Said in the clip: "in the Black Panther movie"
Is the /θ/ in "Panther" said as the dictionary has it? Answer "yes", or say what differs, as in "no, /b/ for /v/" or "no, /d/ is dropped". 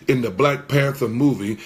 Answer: yes